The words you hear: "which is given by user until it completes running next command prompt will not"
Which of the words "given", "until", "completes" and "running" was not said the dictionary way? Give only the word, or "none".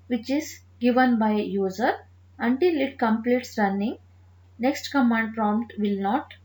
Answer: none